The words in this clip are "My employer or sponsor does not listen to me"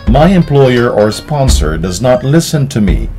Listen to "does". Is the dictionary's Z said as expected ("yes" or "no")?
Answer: yes